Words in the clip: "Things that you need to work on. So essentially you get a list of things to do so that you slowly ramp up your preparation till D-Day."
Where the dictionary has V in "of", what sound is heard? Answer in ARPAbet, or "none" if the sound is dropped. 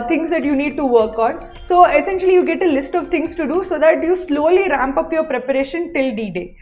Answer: V